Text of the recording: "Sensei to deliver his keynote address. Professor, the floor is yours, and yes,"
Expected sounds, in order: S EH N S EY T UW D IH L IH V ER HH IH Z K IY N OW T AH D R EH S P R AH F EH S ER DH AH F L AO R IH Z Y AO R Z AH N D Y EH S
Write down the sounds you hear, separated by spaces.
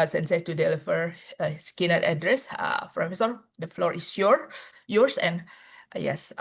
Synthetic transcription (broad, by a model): S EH N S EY T UW D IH L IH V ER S K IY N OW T AH D R EH S F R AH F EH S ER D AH F L AO R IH S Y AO R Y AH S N Y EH S